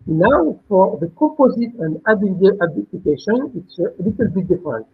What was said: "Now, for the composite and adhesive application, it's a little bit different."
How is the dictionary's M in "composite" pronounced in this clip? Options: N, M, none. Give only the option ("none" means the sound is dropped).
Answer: M